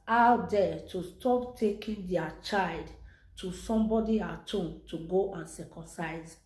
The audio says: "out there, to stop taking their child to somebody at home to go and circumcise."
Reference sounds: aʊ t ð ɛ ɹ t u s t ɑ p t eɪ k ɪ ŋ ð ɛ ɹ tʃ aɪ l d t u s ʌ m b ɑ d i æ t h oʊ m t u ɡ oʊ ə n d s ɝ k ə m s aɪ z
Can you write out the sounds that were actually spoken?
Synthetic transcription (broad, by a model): aʊ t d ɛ t u s t ɑ p t eɪ k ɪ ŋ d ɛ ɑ tʃ aɪ l d t u s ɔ m b ɑ d i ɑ t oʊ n t u ɡ oʊ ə n s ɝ k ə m s aɪ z